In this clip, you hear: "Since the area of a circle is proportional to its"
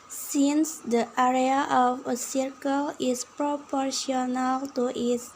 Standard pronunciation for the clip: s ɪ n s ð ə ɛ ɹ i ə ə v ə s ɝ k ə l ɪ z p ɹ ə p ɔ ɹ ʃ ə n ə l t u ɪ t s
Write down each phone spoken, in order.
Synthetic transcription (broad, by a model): s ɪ n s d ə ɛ ɹ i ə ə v ə s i k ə l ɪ s p ɹ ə p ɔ ɹ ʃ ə n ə l t u t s